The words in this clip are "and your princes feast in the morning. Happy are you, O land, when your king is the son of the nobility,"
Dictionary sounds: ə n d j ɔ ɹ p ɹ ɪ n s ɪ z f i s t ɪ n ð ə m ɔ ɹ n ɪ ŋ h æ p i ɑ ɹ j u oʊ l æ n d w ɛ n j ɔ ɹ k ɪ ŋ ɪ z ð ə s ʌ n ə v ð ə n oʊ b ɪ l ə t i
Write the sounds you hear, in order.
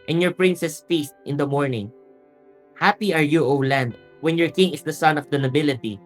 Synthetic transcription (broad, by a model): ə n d j ɔ ɹ p ɹ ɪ n s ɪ s f i s t ɪ n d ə m ɔ ɹ n ɪ ŋ h æ p i ɑ ɹ j u oʊ l æ n d w ɛ n j ɔ ɹ k ɪ ŋ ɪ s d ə s ʌ n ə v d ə n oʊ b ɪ l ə t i